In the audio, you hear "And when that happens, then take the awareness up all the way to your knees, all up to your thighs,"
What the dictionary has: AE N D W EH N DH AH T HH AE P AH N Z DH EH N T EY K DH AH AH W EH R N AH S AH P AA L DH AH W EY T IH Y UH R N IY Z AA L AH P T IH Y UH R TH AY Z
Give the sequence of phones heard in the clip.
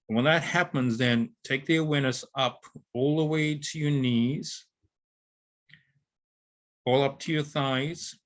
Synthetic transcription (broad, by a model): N W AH N DH AH T HH AE P AH N Z DH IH N T EY K DH AH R W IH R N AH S AH P AA L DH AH W EY T IH Y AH R N IY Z AA L AH P T IH Y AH R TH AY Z